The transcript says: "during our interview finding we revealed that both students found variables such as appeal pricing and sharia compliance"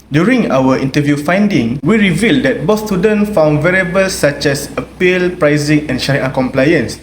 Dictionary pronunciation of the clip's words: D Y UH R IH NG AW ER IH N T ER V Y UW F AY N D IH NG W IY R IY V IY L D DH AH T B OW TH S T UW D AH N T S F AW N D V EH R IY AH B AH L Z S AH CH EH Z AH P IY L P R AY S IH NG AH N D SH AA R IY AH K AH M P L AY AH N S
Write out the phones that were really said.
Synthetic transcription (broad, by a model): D Y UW R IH NG AW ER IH N T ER V Y UW F AY N D IH NG W IY R IY V IY L D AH T B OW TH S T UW D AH N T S F AW N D V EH R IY B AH L S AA CH EH S AH P IY L P R AY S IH NG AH N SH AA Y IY K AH M P L AY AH N S